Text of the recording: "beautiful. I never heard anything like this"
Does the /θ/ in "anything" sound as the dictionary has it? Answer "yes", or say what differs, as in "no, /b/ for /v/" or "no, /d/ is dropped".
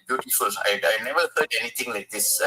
no, /t/ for /θ/